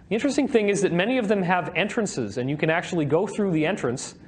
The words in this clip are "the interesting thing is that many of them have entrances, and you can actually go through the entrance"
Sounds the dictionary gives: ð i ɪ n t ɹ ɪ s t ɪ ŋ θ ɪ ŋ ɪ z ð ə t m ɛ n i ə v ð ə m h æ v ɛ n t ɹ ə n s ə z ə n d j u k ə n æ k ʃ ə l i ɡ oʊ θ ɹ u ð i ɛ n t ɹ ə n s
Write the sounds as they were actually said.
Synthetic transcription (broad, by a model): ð i ɪ n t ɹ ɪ s t ɪ ŋ θ ɪ ŋ ɪ z ð ə t m ɛ n i ə v ð ə m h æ v ɛ n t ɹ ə n s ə z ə n j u k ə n æ k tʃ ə l i ɡ oʊ θ ɹ u ð i ɛ n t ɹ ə n s